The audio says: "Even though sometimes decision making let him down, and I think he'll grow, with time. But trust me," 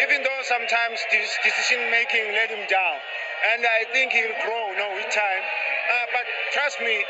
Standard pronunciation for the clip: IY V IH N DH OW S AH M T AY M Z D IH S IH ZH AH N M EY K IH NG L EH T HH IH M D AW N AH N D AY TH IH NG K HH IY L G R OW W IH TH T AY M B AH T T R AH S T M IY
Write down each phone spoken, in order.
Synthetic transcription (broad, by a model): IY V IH N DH OW S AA M T AY M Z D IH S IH S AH N M EY K IH NG L EH T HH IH M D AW L AH N D AY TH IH NG K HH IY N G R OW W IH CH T AY M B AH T T R AH S T M IY